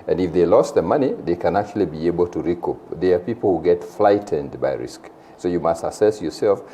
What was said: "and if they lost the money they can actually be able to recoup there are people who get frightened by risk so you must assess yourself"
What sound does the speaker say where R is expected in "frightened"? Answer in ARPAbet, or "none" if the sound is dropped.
L